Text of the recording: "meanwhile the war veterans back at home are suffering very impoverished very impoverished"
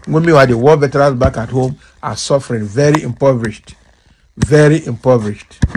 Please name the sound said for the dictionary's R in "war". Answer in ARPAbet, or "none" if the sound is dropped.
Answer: L